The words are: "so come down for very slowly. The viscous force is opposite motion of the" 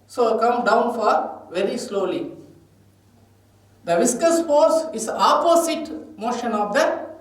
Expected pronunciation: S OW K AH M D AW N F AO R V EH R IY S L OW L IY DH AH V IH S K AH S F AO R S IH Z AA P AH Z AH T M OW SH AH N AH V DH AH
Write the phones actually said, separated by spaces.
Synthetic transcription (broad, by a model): S OW K AH M D AW N F AO R V EH R IY S L OW L IY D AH V IH S K AH S F AO R S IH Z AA P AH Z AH T M OW SH AH N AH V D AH